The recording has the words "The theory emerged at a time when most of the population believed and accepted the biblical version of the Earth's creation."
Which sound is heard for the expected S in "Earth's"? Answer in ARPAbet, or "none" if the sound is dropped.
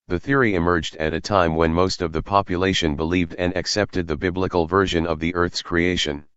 S